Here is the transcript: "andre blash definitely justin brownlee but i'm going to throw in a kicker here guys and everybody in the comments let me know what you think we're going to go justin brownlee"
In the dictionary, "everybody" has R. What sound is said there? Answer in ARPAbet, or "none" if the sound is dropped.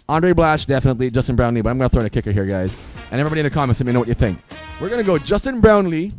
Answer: none